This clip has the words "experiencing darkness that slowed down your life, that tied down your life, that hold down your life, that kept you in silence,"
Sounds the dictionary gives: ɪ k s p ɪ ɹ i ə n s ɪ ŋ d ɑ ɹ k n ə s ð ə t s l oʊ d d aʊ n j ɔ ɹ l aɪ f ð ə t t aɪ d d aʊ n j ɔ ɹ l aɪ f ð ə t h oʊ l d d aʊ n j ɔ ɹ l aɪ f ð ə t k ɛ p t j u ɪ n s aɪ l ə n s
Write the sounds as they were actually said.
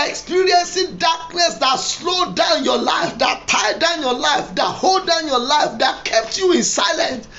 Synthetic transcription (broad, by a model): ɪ k s p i ɹ i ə n s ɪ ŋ d ɑ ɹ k n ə s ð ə t s l oʊ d d aʊ n j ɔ l aɪ f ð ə t t aɪ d d aʊ n j ɔ l aɪ f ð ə t h oʊ l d d aʊ n j ɔ l aɪ f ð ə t k ɛ p t j u ɪ n s aɪ l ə n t